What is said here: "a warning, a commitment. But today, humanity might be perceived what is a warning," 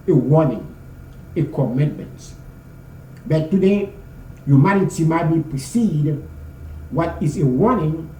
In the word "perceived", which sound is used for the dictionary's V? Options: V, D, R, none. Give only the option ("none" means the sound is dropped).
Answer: none